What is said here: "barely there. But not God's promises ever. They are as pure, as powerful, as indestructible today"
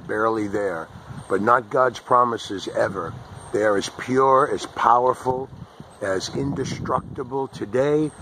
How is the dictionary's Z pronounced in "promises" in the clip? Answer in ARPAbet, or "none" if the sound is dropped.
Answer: Z